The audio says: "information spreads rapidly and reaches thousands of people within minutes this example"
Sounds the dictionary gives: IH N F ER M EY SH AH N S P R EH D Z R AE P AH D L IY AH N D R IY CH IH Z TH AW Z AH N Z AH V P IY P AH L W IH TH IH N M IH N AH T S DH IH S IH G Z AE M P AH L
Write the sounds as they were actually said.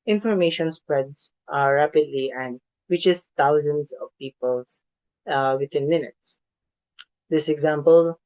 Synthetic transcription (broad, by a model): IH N F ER M EY SH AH N S P R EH D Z R AE P AH D L IY AH N D W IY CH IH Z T AW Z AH N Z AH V P IY P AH L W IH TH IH N M IH N AH T S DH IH S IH G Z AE M P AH L